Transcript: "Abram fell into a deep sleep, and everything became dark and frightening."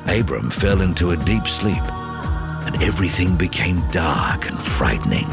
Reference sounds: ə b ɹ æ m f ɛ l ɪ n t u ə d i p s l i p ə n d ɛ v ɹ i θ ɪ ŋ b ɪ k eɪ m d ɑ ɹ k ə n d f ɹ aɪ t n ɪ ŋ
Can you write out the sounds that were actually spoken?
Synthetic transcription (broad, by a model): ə b ɹ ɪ m f ɛ l ɪ n t u ə d i p s l i p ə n ɛ v ɹ i θ ɪ ŋ b ɪ k eɪ m d ɑ ɹ k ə n f ɹ aɪ t n ɪ ŋ